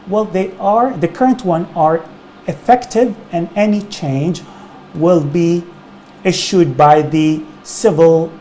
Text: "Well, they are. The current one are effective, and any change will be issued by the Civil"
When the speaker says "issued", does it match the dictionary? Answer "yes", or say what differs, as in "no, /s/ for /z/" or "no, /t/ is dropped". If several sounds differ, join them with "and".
yes